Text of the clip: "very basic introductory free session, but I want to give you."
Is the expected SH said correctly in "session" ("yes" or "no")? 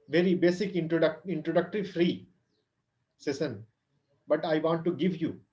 no